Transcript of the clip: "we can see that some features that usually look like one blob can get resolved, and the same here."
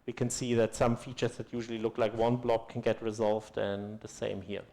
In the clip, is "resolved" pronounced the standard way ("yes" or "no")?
yes